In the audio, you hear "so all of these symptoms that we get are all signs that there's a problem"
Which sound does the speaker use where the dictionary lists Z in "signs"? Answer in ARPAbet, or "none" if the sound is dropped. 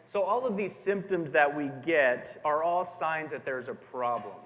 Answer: Z